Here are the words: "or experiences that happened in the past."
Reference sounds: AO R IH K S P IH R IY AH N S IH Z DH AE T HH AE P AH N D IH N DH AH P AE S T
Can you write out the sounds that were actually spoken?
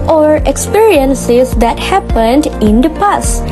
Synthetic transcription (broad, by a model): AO R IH K S P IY R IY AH N S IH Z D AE T HH AE P AH N D IH N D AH P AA S